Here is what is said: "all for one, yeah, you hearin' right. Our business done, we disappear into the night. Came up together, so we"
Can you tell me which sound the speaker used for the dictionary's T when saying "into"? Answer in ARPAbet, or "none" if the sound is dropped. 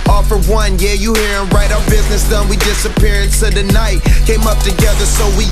S